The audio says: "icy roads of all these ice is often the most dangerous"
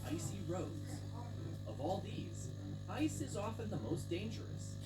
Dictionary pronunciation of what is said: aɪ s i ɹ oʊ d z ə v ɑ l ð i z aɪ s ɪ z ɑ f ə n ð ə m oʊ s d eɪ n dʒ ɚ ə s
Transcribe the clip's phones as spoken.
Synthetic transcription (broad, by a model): aɪ s i ɹ oʊ d z ə v ɑ l ð i z aɪ s ɪ z ɑ f ə n ð ə m oʊ s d eɪ n dʒ ɚ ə s